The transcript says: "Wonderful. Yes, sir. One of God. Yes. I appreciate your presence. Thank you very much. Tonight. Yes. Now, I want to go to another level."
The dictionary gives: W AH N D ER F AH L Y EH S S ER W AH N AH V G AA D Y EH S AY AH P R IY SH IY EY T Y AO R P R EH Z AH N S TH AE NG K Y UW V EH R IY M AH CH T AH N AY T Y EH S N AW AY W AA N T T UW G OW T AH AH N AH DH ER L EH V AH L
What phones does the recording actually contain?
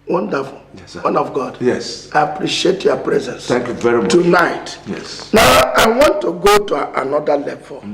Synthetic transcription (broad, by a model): W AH N D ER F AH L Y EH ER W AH N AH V G AA D Y EH S AY AH P R IY SH IY EY T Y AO P R EH Z AH N S T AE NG K Y UW V EH R IY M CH T AH N AY T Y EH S N AW AY W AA N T T UW G OW T AH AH N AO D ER L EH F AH